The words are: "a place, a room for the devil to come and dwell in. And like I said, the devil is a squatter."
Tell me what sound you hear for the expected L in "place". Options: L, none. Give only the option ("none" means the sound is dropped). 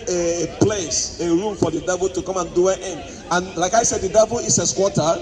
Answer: L